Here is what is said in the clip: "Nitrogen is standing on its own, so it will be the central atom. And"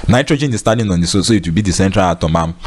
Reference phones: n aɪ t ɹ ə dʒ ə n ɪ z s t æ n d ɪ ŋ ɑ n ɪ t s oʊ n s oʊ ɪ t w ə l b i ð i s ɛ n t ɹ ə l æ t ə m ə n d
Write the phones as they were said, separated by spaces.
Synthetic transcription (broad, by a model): n aɪ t ɹ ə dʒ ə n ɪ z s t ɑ d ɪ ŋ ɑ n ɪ s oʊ s oʊ ɪ t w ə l b i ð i s ɛ n t ɹ ə l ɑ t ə m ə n